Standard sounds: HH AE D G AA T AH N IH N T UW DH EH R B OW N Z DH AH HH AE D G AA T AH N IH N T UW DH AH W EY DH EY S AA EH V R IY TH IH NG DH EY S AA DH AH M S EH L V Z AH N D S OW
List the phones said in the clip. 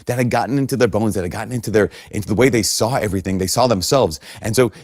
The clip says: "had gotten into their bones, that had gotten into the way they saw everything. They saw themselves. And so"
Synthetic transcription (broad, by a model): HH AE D G AA T N IH N T UW DH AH R B OW N Z DH AH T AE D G AA T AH N IH N T UW DH AH W EY DH EY S AA EH V R IY TH IH NG DH EY S AA DH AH M S EH L V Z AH N S OW